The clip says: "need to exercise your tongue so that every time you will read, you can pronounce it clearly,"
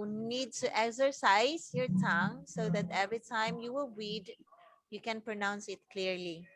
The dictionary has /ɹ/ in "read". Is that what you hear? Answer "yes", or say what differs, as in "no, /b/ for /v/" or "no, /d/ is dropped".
no, /w/ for /ɹ/